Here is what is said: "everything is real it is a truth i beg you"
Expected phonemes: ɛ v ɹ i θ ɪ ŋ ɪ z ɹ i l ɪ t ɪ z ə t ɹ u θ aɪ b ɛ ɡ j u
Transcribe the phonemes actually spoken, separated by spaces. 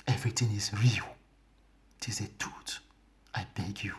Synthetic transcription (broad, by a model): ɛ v ɹ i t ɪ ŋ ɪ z ɹ i l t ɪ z ə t u t aɪ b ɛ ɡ j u